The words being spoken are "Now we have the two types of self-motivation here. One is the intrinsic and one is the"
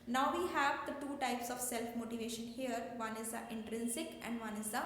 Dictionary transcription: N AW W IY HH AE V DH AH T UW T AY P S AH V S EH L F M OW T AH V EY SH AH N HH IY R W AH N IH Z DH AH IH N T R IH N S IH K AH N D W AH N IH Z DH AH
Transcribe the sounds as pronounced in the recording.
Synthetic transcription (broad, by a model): N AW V IY HH AE V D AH T UW T AY P S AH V S EH L F M OW T AH V EY SH AH N HH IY R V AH N IH Z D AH IH N T R IH N S IH K AH N D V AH N IH Z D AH